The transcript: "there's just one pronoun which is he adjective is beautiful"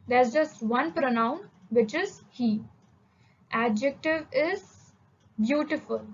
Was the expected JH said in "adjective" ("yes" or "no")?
yes